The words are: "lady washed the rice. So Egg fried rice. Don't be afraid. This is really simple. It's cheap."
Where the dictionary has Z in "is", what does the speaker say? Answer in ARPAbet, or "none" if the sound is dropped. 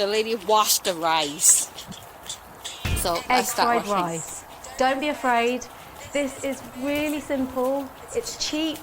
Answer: Z